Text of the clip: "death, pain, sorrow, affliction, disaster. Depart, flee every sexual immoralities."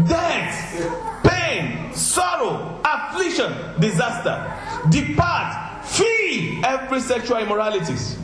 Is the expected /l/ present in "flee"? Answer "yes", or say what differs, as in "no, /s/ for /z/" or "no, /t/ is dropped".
no, /l/ is dropped